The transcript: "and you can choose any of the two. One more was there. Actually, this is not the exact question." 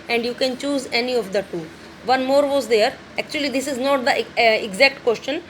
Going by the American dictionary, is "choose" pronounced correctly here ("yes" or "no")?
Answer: yes